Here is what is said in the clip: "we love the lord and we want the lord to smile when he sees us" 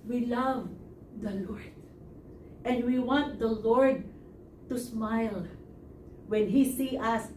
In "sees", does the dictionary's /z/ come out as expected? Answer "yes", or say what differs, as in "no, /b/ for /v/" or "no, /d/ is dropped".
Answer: no, /z/ is dropped